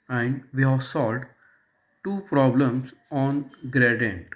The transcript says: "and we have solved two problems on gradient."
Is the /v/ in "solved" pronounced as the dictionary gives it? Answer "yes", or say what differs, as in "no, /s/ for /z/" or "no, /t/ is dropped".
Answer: no, /v/ is dropped